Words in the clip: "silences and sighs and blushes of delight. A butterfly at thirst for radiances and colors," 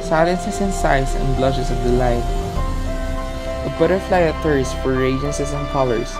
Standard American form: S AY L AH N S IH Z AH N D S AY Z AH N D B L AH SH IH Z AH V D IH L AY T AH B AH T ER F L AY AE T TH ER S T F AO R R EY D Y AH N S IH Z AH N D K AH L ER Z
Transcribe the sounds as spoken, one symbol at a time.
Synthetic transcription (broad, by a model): S AY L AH N S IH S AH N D S AY S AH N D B L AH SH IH S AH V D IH L AY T AH B AH T ER F L AY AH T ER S F AO R R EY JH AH N S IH S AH N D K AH L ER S